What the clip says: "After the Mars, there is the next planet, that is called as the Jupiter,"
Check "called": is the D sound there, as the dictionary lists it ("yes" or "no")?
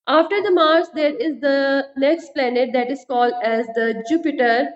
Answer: yes